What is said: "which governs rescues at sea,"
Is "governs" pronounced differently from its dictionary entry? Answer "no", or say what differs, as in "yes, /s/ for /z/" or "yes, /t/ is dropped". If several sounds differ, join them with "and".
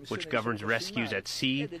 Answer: no